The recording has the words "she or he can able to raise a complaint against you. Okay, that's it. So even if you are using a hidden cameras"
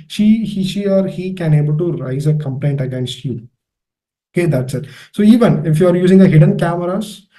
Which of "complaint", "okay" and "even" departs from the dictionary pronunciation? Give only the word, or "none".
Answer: none